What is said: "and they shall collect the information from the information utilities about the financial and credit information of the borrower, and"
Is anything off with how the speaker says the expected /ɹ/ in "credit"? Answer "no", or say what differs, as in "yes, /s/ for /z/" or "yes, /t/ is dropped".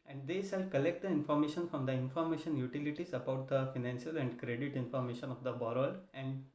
no